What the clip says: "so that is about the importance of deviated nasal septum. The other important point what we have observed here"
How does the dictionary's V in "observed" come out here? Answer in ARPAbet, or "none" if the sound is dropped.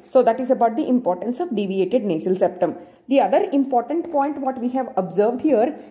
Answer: V